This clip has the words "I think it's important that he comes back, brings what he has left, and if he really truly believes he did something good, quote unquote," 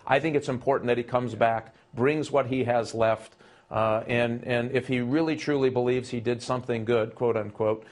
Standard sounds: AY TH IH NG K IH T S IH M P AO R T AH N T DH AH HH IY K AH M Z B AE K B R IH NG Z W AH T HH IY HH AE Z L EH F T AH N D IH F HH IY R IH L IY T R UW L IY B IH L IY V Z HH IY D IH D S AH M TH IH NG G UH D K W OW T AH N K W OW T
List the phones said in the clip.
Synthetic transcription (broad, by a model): AY TH IH NG K IH T S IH M P AO R T N DH AH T IY K AH M Z B AE K B R IH NG Z W AH T HH IY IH Z L EH F T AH N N IH F HH IY R IH L IY T R UW L IY B IH L IY V Z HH IY D IH D S AH M TH IH NG G UH D K W OW T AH N K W OW T